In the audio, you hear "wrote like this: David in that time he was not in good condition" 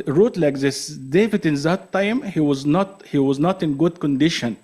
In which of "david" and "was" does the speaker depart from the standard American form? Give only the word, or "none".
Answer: none